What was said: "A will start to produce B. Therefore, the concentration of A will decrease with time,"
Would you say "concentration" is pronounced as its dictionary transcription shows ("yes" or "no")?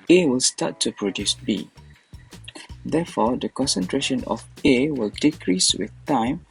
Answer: yes